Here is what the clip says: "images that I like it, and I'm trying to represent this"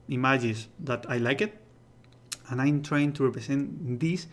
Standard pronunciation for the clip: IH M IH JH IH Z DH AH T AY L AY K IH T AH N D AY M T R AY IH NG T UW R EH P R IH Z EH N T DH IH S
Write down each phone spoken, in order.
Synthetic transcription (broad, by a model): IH M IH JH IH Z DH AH T AY L AY K IH T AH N AY M T R AY IH NG T UW R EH P R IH S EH N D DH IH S